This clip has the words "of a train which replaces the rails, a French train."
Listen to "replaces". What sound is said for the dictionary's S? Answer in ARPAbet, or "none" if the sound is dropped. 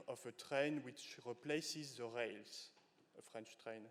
S